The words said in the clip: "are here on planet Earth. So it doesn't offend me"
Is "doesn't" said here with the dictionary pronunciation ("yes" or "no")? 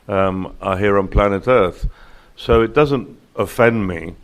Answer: yes